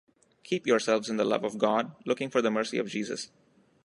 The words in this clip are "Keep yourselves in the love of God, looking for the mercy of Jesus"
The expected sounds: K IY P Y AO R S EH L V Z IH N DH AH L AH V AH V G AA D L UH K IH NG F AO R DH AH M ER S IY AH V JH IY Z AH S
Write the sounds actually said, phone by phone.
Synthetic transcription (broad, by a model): K IY P Y AO R S EH L V Z IH N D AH L AH V AH V G AA D L UH K IH NG F AO R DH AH M ER S IY AH V JH IY Z AH S